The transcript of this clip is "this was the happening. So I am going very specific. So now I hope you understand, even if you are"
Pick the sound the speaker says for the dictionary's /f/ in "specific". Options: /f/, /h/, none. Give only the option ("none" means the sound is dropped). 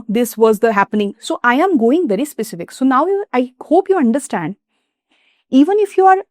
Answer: /f/